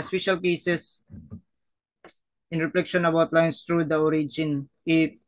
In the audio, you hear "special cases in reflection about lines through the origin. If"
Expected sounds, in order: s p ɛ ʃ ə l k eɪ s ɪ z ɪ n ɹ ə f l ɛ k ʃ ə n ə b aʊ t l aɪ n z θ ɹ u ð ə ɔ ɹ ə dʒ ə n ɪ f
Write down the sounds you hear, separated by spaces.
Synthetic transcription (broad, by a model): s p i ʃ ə l k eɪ s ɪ s ɪ n ɹ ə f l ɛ k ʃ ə n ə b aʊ t l aɪ n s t ɹ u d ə ɔ ɹ ə dʒ ə n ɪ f